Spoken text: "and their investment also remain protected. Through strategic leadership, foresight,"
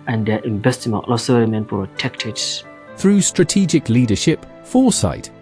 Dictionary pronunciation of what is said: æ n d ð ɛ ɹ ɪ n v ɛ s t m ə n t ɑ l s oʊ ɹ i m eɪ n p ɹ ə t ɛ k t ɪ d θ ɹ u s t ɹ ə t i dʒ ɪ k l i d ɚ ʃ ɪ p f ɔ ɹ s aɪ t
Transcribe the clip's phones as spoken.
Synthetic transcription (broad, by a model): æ n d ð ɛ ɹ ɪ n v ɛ s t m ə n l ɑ s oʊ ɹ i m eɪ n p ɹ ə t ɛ k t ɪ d θ ɹ u s t ɹ ə t i dʒ ɪ k l i d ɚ ʃ ɪ p f ɔ s aɪ t